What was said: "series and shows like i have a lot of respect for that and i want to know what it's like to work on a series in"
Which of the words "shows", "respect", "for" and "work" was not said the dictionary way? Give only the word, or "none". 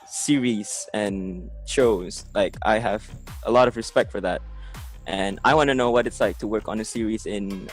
none